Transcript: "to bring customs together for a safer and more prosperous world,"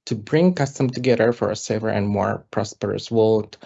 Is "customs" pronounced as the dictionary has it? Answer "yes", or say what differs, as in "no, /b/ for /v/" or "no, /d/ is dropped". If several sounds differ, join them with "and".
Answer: no, /z/ is dropped